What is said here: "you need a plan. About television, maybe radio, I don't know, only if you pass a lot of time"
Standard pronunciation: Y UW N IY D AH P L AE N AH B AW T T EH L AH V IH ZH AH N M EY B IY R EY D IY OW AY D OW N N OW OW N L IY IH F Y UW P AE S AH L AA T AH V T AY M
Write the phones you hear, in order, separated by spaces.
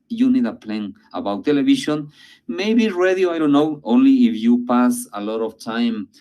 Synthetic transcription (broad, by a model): Y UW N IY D AH P L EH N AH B AW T T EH L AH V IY SH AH N M EY B IY R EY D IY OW AY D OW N N OW OW N L IY IH F Y UW P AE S AH L AA T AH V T AY M